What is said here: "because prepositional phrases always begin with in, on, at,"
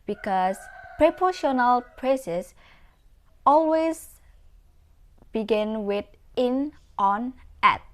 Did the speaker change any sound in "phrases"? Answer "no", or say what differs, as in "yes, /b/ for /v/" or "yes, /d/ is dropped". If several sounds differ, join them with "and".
yes, /p/ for /f/ and /s/ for /z/